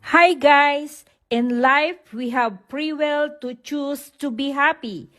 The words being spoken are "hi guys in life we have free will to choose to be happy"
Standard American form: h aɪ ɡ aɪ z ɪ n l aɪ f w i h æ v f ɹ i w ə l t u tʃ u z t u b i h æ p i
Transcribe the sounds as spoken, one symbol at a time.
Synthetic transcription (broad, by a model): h aɪ ɡ aɪ s ɪ n l aɪ f w i h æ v p ɹ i w ə l t u tʃ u s t u b i h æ p i